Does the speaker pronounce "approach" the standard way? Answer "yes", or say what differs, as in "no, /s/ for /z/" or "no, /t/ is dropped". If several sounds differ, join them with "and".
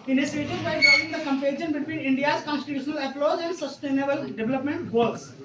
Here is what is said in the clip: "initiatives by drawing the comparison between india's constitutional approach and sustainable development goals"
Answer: no, /l/ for /ɹ/